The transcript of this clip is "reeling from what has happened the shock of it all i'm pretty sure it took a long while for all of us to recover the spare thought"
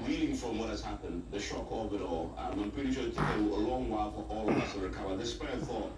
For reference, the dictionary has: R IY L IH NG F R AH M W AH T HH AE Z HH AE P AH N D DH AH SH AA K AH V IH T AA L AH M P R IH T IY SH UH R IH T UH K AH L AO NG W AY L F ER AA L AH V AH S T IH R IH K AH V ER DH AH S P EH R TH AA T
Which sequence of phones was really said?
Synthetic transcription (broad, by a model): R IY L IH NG F R AH M W AH T HH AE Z HH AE P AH N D DH AH SH AA K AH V IH T AA L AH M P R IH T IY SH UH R IH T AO AH L AO NG W AY L F ER AA L AH V AH S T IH R IH K AH V ER DH AH S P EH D TH AA T